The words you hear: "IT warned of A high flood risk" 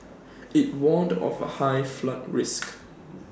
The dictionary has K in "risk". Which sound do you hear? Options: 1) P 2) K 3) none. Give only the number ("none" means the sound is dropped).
2